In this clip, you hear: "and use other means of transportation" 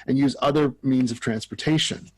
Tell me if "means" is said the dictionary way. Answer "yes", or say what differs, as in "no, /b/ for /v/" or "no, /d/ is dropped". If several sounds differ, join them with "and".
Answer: yes